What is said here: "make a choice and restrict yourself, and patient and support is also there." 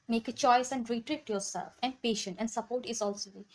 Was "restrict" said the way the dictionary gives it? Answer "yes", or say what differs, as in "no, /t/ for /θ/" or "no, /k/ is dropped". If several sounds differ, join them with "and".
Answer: no, /s/ is dropped and /k/ is dropped